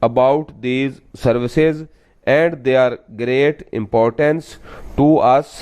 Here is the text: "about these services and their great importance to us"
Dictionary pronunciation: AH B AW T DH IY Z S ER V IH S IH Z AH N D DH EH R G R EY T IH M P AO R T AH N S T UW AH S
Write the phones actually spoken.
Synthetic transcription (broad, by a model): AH B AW T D IY Z S ER V IH S IH Z AH N D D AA R G R EY T IH M P AO R T AH N S T UW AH S